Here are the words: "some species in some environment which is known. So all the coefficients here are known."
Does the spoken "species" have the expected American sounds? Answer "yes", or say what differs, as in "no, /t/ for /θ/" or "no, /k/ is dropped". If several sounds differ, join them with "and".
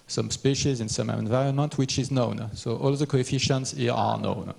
yes